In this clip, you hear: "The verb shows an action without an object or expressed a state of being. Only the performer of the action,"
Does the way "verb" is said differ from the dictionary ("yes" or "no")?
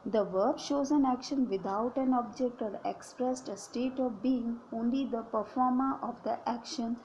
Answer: no